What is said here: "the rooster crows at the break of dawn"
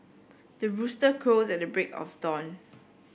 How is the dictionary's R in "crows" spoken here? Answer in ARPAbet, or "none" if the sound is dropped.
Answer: none